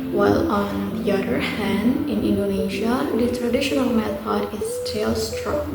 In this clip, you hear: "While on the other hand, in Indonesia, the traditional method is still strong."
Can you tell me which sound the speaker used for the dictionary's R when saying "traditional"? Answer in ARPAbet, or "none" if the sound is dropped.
R